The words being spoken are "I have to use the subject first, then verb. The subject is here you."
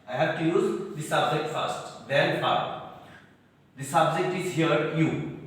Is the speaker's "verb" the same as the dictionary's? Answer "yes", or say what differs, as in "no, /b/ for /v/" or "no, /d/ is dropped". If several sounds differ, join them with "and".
no, /f/ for /v/